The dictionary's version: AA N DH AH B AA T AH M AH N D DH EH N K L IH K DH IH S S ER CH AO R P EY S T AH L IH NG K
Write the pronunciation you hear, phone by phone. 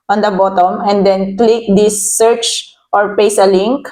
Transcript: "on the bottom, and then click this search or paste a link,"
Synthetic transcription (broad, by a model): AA N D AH B AA T AH M AH N D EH N K L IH K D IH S S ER CH AO R P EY S AH L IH NG K